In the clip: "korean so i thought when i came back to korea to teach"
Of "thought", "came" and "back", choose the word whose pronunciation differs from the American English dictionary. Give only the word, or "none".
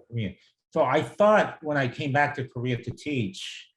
none